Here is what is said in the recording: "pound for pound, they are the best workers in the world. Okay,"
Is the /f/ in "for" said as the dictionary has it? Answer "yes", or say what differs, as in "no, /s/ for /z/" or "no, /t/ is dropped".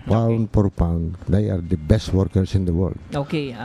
no, /p/ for /f/